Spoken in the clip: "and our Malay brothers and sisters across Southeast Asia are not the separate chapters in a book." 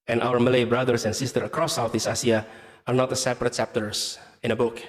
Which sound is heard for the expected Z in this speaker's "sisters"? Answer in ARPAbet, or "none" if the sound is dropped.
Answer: none